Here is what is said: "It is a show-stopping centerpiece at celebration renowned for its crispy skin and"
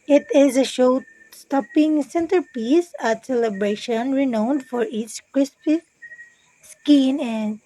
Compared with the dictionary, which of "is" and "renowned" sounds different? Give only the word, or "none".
none